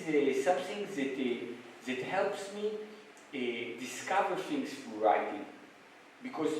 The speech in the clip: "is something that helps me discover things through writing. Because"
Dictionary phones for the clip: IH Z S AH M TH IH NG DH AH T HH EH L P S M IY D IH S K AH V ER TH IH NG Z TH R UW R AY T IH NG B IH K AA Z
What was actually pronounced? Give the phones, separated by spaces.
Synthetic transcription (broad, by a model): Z S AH M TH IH NG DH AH T HH EH L P S M IY D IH S K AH V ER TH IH NG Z F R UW R AY T IH NG B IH K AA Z